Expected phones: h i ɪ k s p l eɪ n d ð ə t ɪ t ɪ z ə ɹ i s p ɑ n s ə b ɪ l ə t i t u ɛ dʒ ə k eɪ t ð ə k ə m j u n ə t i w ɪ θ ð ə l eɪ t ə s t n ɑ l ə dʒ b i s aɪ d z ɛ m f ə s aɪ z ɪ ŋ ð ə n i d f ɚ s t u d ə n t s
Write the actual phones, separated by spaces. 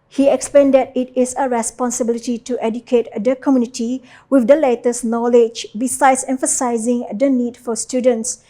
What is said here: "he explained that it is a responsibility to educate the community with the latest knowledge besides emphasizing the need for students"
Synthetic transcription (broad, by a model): h i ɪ k s p eɪ n d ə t ɪ t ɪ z ə ɹ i s p ɑ n s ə b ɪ l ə t i t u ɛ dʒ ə k eɪ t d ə k ə m j u n ə t i w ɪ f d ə l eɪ t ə s n ɑ l ə dʒ b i s aɪ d s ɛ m f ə s aɪ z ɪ ŋ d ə n i d f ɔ s t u d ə n t s